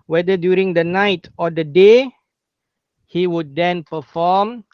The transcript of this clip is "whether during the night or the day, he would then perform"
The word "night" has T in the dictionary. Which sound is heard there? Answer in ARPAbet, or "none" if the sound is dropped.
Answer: T